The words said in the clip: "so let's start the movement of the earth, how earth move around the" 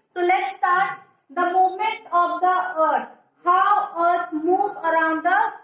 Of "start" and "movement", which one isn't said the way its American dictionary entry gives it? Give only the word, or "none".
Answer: movement